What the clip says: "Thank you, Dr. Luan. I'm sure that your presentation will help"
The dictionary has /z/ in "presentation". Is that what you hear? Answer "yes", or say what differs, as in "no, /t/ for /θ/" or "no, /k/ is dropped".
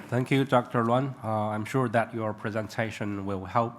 yes